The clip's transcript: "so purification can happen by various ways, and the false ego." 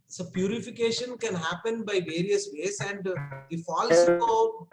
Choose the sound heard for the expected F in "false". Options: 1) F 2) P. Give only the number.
1